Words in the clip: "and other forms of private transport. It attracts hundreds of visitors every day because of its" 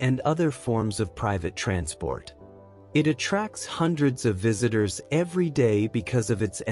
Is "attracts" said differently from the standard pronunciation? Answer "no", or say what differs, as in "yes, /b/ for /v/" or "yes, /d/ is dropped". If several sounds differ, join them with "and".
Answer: no